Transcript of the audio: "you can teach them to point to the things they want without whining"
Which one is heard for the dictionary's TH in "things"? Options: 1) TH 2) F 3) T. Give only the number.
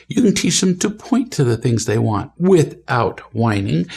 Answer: 1